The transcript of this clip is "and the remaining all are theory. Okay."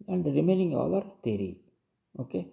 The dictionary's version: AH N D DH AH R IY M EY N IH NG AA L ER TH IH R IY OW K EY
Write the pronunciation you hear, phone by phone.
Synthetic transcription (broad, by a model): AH N D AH R IY M EY N IH NG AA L ER T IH R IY OW K EY